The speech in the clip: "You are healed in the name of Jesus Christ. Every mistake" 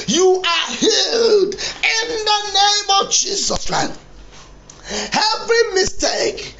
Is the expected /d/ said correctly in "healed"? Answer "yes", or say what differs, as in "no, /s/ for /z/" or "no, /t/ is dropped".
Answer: yes